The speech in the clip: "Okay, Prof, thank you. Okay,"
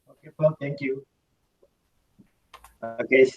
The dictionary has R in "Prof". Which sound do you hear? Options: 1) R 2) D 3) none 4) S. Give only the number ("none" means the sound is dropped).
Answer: 3